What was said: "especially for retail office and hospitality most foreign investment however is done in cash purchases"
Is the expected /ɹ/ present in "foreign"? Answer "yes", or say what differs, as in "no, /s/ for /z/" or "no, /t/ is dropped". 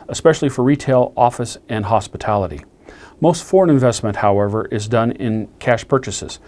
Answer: yes